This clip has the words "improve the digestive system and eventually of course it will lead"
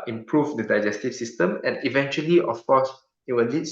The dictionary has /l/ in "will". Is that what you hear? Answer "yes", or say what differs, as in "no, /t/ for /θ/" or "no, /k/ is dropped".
no, /n/ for /l/